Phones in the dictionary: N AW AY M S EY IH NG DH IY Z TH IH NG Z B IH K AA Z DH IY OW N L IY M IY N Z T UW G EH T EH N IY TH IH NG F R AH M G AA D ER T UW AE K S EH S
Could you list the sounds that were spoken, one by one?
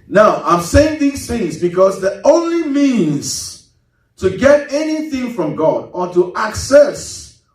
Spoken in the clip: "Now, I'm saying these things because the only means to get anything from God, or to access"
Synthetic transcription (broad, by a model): N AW AY M S EY IH NG DH IY Z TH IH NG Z B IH K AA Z DH IY OW N L IY M IY N Z T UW G EH T EH N IY TH IH NG F R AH M G AA D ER T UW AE K S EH S